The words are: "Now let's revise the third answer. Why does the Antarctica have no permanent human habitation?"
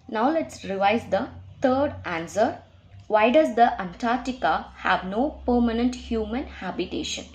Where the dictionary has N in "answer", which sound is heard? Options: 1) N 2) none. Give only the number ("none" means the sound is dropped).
1